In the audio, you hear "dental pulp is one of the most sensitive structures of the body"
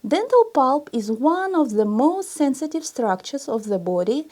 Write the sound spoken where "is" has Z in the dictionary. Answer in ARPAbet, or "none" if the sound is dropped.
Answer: Z